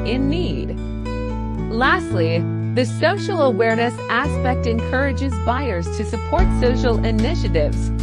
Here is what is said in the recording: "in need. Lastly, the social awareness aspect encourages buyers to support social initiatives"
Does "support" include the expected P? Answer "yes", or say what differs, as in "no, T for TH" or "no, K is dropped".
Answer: yes